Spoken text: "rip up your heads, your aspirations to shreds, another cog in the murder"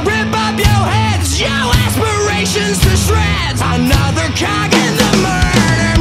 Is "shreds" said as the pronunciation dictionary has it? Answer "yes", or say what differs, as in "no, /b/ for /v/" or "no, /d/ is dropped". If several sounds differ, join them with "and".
no, /s/ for /ʃ/ and /z/ is dropped